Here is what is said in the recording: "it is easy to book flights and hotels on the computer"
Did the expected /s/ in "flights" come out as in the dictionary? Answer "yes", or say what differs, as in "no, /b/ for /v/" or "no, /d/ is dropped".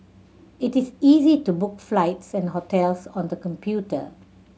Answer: yes